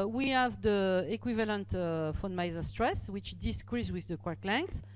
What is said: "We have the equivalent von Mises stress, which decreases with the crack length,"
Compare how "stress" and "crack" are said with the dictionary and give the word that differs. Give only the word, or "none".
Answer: crack